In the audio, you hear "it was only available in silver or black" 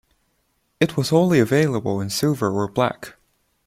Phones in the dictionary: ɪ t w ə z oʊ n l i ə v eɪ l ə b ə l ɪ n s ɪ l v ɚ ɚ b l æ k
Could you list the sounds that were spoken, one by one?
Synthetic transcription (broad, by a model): ɪ t w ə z oʊ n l i ə v eɪ l ə b ə l ɪ n s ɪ v ɚ ɚ b l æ k